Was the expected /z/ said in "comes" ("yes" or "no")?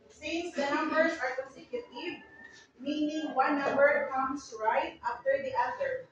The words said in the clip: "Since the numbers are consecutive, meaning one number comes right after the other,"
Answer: no